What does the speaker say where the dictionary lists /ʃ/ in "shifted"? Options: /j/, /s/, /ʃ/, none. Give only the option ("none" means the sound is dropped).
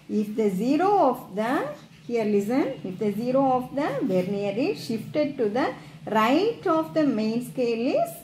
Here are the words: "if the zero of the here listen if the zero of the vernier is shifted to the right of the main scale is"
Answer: /ʃ/